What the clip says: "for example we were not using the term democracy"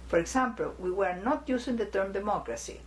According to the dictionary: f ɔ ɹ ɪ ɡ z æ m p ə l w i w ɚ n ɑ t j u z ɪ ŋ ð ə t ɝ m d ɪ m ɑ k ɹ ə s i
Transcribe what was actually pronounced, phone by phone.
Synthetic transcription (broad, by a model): f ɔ ɹ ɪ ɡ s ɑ m p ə l w i w ɚ n ɑ t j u s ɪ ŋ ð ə t ɝ m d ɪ m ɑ k ɹ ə s i